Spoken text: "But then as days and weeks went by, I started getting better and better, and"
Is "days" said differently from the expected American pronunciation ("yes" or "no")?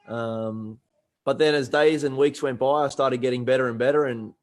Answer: no